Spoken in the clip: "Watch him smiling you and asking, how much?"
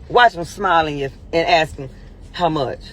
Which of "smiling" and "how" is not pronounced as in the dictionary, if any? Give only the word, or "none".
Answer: none